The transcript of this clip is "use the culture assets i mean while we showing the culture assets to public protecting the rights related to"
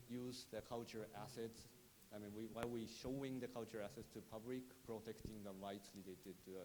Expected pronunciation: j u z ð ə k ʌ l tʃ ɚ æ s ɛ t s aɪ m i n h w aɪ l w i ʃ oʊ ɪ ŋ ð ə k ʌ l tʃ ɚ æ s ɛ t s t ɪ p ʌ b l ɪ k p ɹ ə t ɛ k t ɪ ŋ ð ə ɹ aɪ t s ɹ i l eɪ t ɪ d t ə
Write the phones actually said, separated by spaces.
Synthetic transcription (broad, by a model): j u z ð ə k ʌ l tʃ ɚ æ s ɛ t s aɪ m i n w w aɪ w i ʃ oʊ ɪ ŋ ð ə k ʌ l tʃ ɚ æ s ɛ t s t ɪ p ʌ b l ɪ k p ɹ ə t ɛ k t ɪ ŋ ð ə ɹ aɪ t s l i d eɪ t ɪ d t